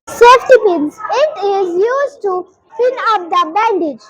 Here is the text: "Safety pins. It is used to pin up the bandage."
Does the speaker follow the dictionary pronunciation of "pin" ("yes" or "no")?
no